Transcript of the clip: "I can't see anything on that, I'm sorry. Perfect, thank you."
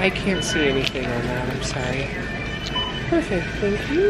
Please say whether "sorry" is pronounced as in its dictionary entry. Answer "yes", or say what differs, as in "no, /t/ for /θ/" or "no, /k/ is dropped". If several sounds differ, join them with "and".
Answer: no, /ɹ/ is dropped